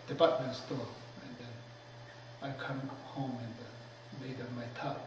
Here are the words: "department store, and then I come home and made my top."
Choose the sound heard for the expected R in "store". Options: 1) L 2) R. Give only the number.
1